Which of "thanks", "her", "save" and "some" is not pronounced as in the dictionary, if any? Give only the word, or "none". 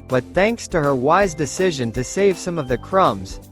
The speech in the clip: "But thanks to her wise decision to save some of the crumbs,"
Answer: none